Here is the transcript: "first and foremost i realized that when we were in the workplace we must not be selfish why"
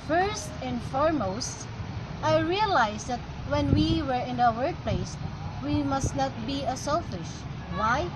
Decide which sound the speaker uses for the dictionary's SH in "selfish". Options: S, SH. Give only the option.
SH